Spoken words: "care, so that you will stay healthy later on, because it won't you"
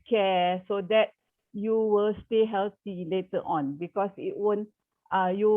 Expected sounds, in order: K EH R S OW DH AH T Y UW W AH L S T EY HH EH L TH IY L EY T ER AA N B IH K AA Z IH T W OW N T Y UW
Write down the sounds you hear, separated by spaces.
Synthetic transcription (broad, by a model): K EH S OW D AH T Y UW W AH L S T EY HH EH L T IY L EY T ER AA N B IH K AA S IH T W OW N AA Y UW